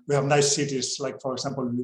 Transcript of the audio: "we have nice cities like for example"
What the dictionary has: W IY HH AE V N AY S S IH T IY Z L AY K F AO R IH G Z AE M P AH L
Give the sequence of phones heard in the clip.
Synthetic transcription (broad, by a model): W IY HH AE V N AY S S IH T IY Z L AY K F AO R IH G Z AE M P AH L